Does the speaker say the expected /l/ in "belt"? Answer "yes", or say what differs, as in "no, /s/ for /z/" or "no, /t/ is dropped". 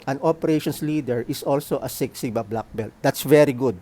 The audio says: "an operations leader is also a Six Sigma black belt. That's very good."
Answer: yes